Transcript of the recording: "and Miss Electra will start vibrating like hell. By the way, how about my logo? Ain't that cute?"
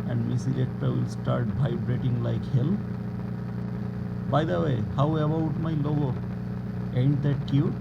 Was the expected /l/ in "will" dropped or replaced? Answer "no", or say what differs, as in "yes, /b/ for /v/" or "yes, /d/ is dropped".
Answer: no